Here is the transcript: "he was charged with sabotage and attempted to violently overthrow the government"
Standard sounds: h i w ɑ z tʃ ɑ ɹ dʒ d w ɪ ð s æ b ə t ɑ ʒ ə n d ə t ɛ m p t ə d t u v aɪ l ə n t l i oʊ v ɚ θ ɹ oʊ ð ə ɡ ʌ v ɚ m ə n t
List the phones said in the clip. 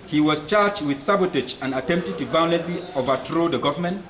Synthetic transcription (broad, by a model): h i w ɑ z tʃ ɑ ɹ dʒ d w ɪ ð s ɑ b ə t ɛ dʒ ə n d ə t ɛ m p t ə d t u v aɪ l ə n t l i oʊ v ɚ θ ɹ oʊ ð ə ɡ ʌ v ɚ m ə n t